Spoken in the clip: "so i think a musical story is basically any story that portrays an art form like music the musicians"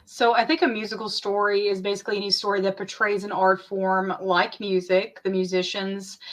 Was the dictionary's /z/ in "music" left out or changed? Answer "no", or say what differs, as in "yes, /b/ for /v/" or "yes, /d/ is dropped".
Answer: no